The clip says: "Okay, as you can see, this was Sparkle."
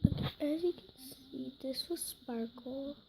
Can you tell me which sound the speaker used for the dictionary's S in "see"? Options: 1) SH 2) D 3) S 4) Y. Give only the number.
3